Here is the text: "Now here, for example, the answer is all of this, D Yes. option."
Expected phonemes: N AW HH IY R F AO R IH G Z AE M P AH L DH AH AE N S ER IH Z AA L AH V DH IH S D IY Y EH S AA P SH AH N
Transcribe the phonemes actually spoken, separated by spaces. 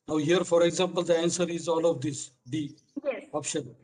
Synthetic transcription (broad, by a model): N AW HH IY R F AO R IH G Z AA M P AH L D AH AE N S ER IH Z AA L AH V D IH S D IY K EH AA P SH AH N